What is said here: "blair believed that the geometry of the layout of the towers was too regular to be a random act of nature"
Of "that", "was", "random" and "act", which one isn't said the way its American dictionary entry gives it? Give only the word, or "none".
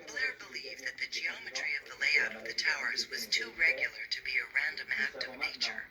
none